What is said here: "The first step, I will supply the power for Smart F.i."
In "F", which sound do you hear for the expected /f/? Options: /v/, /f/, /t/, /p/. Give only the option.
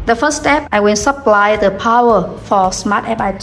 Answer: /p/